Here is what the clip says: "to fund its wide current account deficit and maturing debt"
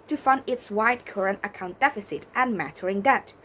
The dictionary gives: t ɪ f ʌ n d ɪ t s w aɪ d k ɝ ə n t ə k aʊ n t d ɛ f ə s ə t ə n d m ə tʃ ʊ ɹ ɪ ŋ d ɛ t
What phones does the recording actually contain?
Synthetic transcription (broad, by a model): t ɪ f ʌ n d ɪ t s w aɪ d k ɝ ə n t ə k aʊ n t d ɛ f ə s ə t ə n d m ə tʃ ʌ ɹ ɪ ŋ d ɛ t